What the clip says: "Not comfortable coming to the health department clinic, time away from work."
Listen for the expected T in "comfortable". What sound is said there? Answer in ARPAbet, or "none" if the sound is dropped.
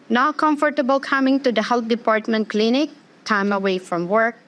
T